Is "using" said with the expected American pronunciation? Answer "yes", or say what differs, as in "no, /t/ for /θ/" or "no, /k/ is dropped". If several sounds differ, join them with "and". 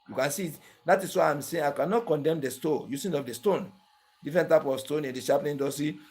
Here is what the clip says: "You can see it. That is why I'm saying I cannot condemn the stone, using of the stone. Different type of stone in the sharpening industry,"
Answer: no, /s/ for /z/